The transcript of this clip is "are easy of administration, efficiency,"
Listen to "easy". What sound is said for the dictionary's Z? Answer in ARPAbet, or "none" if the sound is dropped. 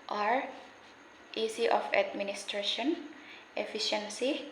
S